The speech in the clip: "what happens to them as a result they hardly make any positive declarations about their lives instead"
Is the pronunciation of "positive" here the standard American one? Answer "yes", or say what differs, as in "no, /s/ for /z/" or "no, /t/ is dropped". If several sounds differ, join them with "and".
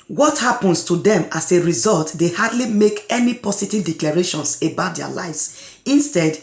no, /s/ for /z/